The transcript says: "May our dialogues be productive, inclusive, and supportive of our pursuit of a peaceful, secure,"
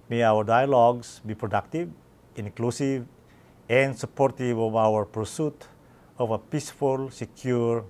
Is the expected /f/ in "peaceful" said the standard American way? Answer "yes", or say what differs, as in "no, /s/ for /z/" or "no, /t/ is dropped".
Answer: yes